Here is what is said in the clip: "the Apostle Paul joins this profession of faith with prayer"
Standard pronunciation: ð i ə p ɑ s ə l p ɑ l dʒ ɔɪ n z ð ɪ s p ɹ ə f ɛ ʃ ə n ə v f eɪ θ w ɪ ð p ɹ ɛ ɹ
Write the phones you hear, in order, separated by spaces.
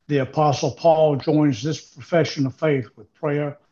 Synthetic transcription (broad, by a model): ð i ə p ɑ s l p ɑ l dʒ ɔɪ n z ð ɪ s p ɹ ə f ɛ ʃ ə n ə v f eɪ θ w ɪ ð p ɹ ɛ ɹ